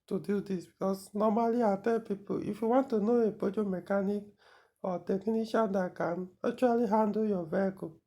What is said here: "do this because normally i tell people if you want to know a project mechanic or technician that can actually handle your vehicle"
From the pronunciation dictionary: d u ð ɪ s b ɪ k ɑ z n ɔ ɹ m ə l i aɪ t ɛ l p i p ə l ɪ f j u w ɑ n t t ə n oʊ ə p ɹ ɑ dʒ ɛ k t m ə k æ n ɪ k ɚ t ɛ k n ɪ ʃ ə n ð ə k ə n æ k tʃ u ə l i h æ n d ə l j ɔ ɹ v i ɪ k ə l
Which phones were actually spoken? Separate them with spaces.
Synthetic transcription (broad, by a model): d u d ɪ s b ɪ k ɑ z n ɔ m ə l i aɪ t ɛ p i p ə ɪ f j u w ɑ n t t ə n oʊ ə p ɔ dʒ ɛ m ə k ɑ n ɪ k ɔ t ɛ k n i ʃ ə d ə k ə n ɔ tʃ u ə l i h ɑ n d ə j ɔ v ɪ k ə